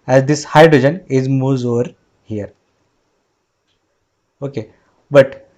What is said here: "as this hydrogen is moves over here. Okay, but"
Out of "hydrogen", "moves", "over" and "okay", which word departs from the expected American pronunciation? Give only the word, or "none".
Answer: moves